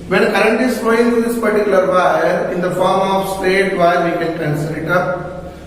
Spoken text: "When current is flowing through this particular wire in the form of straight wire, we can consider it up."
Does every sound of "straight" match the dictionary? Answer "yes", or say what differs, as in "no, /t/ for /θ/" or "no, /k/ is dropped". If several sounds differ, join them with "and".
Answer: no, /ɹ/ is dropped